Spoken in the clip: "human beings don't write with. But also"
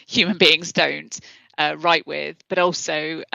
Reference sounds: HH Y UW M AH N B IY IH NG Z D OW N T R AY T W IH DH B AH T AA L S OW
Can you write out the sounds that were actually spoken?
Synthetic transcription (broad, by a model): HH Y UW M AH N B IY IH NG Z D OW N T R AY T W IH DH B AH T AA L S OW